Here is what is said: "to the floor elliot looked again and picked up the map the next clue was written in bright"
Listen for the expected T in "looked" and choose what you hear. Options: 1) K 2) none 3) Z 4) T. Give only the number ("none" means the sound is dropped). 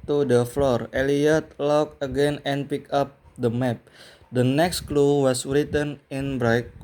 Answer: 2